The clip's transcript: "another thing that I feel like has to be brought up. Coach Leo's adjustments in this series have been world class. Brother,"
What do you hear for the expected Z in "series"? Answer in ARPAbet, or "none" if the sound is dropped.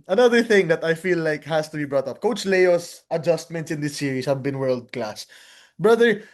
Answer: S